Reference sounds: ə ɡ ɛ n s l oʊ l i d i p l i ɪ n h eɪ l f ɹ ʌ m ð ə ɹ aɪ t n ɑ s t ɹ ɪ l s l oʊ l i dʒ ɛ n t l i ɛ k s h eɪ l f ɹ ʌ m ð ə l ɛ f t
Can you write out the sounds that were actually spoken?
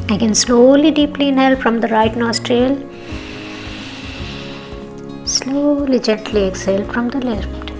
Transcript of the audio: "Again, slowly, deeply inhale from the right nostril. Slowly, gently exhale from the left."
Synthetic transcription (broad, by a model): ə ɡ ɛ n s l oʊ l i d i p l i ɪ n h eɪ l f ɹ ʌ m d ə ɹ aɪ t n ɑ s t ɹ ɪ l s l oʊ l i dʒ ɛ n t l i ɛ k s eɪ l f ɹ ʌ m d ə l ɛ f t